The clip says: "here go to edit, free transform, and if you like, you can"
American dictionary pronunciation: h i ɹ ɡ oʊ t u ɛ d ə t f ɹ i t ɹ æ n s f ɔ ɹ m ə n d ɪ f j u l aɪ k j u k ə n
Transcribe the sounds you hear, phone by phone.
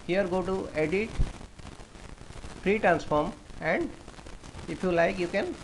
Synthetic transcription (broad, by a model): h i ɹ ɡ oʊ t u ɛ d ə t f ɹ i t ɹ æ n s f ɔ ɹ m ə n d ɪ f j u l aɪ k j u k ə n